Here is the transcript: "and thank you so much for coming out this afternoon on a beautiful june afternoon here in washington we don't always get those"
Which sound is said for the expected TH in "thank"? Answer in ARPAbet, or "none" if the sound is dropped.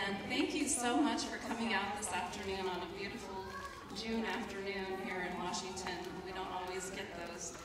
TH